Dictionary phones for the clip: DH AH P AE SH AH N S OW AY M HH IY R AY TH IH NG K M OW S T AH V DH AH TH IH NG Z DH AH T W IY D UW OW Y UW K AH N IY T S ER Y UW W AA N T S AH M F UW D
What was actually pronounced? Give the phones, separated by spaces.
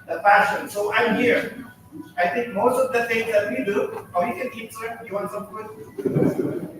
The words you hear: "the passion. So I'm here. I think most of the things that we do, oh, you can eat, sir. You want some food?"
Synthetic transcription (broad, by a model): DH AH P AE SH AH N S OW AY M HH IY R AY T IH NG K M OW S T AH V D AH T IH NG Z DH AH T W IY D UW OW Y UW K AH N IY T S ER Y UW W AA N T S AH M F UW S